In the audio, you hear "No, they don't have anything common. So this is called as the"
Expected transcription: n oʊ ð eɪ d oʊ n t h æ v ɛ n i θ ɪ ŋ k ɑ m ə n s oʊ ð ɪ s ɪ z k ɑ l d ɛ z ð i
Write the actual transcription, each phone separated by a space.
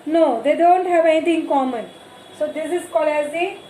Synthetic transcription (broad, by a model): n oʊ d eɪ d oʊ n t h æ v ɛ n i t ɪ ŋ k ɑ m ə n s oʊ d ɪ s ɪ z k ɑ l ɛ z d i